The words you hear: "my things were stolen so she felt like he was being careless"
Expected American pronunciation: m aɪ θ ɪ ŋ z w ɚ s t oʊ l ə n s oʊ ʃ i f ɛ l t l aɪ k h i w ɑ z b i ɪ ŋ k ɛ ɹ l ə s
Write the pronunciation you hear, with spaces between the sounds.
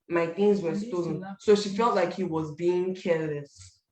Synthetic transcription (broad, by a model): m aɪ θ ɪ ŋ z w ɚ s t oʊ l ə n s oʊ ʃ i f ɛ l t l aɪ k h i w ɑ z b i ɪ ŋ k ɛ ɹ l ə s